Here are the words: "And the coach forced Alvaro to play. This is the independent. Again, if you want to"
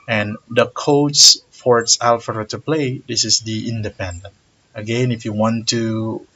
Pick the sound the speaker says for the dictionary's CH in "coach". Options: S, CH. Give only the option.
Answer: S